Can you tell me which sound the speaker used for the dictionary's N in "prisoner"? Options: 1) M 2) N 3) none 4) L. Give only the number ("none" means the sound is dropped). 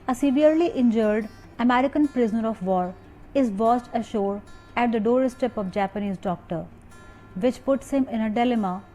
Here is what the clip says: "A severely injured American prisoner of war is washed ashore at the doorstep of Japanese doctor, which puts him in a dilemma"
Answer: 2